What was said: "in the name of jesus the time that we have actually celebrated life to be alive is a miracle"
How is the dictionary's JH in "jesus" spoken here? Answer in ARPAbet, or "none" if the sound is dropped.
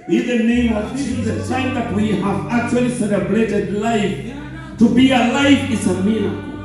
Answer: CH